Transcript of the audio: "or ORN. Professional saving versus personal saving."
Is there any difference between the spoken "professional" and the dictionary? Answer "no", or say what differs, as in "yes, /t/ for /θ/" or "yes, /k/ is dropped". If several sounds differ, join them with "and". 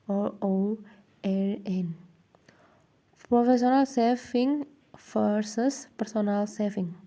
yes, /s/ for /ʃ/